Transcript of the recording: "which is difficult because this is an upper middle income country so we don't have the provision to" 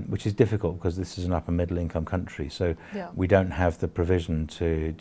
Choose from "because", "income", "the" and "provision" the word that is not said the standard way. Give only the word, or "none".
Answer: none